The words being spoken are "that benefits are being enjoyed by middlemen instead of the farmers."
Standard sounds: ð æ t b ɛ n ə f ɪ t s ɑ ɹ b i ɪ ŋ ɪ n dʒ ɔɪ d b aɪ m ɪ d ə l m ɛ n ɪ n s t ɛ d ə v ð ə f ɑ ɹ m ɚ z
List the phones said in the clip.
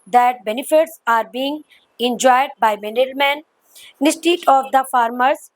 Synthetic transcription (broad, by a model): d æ t b ɛ n ə f ɪ t s ɑ ɹ b i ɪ ŋ ɪ n dʒ ɔɪ d b aɪ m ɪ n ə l m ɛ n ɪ s t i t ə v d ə f ɑ ɹ m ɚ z